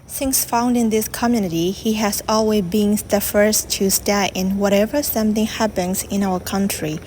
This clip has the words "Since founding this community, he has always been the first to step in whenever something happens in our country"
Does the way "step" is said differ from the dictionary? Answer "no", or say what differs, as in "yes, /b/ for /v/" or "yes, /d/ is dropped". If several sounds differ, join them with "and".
yes, /p/ is dropped